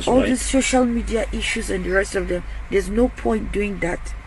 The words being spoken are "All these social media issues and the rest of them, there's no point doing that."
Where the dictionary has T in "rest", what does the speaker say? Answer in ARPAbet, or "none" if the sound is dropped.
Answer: T